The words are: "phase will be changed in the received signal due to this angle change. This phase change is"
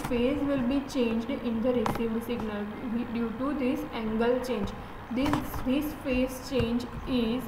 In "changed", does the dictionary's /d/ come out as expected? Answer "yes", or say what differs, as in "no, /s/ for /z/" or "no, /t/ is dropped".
yes